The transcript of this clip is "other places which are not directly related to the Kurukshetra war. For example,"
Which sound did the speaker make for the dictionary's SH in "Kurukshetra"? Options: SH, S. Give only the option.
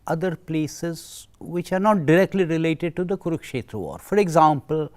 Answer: SH